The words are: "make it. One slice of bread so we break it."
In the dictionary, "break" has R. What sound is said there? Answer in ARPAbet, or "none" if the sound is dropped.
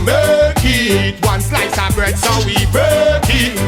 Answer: none